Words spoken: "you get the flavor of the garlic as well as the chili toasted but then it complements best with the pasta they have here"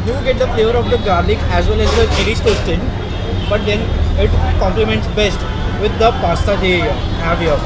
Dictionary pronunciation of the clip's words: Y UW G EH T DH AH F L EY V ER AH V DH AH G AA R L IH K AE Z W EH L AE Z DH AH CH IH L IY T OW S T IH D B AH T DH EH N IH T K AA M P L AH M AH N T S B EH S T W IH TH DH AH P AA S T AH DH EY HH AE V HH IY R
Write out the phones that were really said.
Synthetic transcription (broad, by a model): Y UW G EH T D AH F L EY V ER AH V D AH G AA R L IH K AE Z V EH L AE Z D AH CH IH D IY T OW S T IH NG B AH T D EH N IH T K AA M P L AH M AH N T S B EH S T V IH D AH P AA S T AH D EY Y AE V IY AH